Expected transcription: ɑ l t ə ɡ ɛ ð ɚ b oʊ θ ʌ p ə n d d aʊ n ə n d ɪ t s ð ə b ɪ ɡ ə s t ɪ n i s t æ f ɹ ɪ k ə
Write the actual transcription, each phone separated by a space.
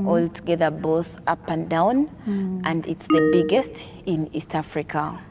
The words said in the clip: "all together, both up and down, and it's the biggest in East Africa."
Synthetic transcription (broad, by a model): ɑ l t ə ɡ ɛ ð ɚ b oʊ θ ʌ p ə n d d aʊ n ə n d ɪ t s ð ə b ɪ ɡ ə s t ɪ n i s t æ f ɹ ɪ k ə